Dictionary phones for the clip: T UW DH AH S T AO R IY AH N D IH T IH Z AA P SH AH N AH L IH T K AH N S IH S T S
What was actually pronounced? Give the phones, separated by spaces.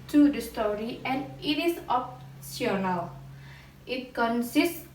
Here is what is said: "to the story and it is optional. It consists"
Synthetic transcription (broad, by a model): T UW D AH S T AO R IY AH N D IH T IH S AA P S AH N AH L IH T K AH N S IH S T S